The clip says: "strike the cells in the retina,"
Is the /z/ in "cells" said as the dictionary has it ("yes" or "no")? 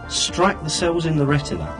yes